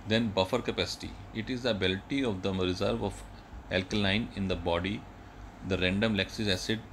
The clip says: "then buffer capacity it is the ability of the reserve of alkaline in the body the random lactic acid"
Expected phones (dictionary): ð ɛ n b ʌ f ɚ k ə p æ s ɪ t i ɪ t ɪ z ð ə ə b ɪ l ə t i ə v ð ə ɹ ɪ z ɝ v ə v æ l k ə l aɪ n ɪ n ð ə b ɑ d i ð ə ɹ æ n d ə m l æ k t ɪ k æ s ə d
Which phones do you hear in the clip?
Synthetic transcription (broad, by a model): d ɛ n b ʌ f ɚ k ə p æ s ɪ t i ɪ t ɪ z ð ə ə b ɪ l t i ə v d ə ɹ ɪ z ɝ v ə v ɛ l k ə l aɪ n ɪ n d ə b ɑ d i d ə ɹ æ n d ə m l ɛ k s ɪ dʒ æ s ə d